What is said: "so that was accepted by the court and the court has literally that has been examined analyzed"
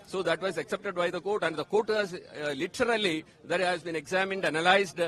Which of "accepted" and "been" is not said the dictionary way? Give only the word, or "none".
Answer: none